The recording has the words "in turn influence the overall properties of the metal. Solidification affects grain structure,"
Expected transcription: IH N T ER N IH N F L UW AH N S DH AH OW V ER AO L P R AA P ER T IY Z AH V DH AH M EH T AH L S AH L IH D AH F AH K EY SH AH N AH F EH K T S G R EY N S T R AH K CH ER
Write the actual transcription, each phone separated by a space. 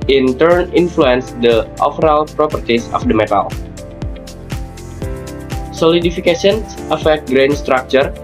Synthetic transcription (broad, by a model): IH N T ER N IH N F L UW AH N S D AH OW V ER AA L P R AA P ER T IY S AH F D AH M EH T AH L S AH L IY D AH F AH K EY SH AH N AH F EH K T G R EY N S T R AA K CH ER